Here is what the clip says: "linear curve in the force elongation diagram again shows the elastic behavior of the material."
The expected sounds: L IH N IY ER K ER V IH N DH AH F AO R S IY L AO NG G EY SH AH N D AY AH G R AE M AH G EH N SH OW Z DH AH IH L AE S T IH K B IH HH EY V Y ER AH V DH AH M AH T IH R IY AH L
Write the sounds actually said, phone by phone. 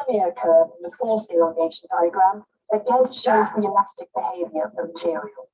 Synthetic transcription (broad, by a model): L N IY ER K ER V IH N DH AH F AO L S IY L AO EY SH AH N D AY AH G R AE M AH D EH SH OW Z DH AH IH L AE S T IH K B IH HH EY V Y ER AH V DH AH M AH T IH R IY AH L